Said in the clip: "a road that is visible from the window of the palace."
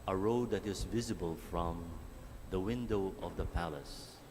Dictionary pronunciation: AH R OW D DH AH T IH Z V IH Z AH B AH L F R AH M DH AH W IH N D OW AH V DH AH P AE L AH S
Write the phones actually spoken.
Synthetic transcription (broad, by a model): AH R OW D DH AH T IH Z V IH Z AH B AH L F R AH M DH AH W IH N D OW AH V DH AH P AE L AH S